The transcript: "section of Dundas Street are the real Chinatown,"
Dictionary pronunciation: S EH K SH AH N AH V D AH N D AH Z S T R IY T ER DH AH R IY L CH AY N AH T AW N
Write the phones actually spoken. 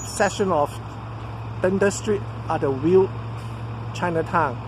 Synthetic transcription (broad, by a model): S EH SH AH N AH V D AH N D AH S T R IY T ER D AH W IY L CH AY N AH T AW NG